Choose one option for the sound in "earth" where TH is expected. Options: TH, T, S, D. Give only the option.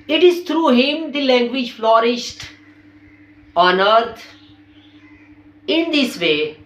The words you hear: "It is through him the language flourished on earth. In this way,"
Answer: T